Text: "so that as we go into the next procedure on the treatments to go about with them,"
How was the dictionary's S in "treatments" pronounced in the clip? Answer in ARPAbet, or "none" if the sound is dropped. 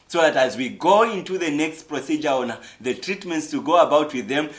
S